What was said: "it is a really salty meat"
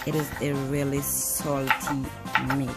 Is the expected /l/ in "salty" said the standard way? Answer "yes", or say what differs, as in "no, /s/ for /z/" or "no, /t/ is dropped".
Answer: yes